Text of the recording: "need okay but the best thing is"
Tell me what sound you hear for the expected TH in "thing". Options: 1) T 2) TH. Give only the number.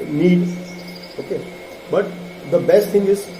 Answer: 1